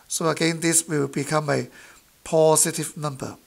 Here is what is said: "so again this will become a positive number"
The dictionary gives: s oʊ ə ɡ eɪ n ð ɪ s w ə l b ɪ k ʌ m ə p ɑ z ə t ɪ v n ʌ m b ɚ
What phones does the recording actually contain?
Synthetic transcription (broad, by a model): s oʊ ə ɡ eɪ n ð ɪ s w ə w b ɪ k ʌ m ə p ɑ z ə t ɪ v n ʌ m b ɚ